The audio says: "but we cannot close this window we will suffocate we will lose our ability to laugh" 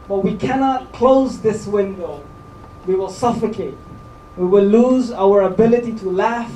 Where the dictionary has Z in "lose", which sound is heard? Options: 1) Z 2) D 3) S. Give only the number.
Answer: 1